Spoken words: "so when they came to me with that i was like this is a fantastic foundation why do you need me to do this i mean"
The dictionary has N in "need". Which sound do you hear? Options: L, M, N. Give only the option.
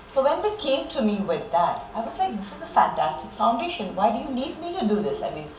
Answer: L